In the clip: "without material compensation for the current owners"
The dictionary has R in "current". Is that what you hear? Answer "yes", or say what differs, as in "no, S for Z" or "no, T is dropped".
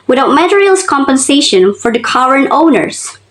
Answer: no, W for R